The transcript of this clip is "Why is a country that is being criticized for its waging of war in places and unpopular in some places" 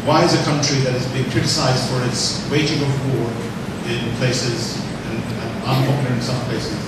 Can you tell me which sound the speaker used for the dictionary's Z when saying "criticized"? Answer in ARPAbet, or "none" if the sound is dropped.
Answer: Z